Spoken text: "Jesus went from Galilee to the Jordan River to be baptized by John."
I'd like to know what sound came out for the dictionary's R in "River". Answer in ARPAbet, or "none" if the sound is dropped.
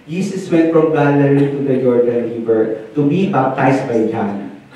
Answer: L